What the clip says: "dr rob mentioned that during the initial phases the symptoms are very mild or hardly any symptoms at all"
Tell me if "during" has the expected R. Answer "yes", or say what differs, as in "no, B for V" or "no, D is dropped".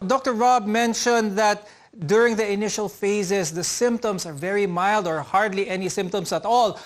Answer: yes